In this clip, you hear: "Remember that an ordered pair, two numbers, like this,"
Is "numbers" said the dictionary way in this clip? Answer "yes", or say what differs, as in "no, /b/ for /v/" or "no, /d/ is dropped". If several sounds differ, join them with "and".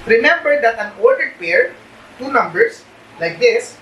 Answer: no, /s/ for /z/